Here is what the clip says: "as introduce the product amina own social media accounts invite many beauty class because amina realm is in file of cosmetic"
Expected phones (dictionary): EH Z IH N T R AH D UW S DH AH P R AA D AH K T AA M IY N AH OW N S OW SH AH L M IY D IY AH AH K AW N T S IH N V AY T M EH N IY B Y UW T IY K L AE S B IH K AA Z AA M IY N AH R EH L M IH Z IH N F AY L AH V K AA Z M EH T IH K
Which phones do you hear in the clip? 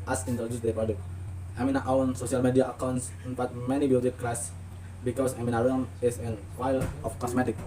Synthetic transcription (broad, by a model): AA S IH N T R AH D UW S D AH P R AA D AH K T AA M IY N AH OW N S OW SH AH L M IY D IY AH AH K AW N T S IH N F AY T M EH N IY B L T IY K L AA S B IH K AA S AA M IY N AH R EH M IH S IH N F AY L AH F K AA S M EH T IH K